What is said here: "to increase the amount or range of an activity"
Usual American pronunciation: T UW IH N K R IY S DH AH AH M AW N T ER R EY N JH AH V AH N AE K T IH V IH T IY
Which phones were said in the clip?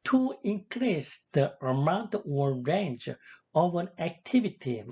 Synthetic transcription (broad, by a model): T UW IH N K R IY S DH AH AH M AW N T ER R EY N JH AH V AH N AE K T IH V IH T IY